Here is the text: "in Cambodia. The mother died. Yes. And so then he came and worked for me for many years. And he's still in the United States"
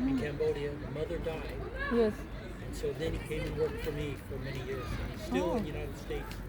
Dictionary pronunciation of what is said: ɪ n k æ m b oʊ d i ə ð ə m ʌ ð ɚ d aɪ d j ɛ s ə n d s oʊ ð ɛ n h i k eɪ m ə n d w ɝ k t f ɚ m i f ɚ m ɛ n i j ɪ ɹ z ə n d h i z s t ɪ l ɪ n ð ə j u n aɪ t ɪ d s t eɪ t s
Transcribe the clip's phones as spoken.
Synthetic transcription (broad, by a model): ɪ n k æ m b oʊ d i ə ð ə m ʌ ð ɚ d aɪ d j ɛ s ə n s oʊ ð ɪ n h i k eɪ ə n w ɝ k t f ɚ m i f ɚ m ɛ n i j ɪ ɹ z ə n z s t ɪ l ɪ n j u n aɪ t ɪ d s t eɪ t s